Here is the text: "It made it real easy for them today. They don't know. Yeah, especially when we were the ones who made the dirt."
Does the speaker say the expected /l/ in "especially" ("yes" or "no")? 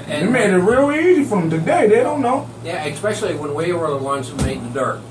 yes